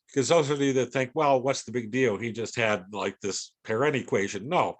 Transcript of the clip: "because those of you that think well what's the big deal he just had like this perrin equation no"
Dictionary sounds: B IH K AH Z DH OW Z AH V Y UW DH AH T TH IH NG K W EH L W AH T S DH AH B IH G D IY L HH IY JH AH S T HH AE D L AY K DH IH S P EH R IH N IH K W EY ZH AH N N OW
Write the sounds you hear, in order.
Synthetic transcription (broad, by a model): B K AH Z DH OW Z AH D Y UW DH AH T TH IH NG K W EH L W AH T S DH AH B IH G D IY L HH IY JH AH S T HH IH D L AY K DH IH S P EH R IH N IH K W EY ZH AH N N OW